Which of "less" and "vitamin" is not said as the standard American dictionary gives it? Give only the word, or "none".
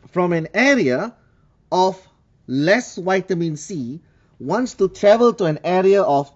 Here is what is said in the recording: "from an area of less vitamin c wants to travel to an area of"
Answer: vitamin